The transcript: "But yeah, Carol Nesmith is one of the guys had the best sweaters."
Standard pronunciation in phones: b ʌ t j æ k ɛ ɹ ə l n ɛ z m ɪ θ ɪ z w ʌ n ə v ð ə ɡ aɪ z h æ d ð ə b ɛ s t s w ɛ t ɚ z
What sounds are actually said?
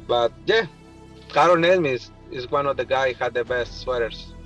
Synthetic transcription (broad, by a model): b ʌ t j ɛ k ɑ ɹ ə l n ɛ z m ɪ s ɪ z w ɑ n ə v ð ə ɡ aɪ h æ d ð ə b ɛ s t s w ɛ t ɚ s